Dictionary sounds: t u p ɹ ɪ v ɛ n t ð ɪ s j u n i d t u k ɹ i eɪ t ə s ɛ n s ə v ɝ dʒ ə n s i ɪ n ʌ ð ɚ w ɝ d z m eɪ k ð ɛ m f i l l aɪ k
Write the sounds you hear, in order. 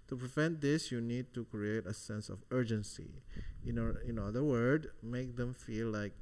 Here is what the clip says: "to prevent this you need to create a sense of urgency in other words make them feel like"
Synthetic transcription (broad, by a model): t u p ɹ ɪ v ɛ n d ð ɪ s j u n i d t u k ɹ i eɪ t ə s ɛ n s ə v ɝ dʒ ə n s i ɪ n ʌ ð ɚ w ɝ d m eɪ k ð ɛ m f i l l aɪ k